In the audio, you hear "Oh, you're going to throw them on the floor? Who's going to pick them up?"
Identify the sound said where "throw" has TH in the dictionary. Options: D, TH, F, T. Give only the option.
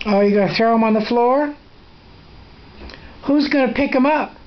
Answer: TH